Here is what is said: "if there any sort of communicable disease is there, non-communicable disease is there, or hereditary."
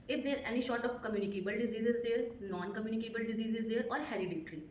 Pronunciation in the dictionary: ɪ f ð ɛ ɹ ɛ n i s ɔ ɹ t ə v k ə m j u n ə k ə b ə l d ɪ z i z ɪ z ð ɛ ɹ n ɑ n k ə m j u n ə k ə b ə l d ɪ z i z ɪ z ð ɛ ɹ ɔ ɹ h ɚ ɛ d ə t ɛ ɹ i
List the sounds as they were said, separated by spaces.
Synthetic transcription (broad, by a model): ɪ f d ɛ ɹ ɛ n i ʃ ɔ ɹ t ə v k ə m j u n ə k ə b ə l d ɪ z i z ɪ z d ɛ ɹ n ɑ n k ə m j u n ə k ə b ə l d ɪ z i z ɪ z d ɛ ɹ ɔ ɹ h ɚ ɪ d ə t ɹ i